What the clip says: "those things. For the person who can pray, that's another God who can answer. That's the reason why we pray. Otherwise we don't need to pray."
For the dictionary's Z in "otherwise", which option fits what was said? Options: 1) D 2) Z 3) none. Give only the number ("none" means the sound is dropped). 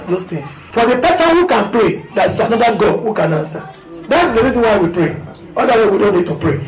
3